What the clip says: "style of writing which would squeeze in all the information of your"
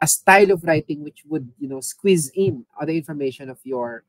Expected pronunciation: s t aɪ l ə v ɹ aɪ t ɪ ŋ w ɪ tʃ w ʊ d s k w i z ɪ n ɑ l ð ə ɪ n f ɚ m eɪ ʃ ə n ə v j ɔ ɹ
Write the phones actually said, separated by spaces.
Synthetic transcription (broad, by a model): s t aɪ l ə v ɹ aɪ t ɪ ŋ w ɪ tʃ w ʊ d s k w i z ɪ n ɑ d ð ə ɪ n f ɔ m eɪ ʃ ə n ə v j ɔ ɹ